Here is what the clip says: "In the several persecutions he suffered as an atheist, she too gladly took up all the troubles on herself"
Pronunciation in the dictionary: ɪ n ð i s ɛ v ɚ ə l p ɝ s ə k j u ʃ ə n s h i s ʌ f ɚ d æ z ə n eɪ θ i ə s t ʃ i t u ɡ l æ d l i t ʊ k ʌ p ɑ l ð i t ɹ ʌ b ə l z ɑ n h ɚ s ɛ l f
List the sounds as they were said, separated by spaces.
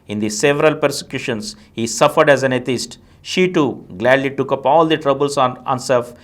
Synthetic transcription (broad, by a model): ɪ n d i s ɛ v ɚ ə l p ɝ s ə k j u ʃ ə n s h i s ʌ f ɚ d æ z ə n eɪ t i s t ʃ i t u ɡ l æ d l i t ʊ k ʌ p ɑ l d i t ɹ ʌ b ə l s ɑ n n s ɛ l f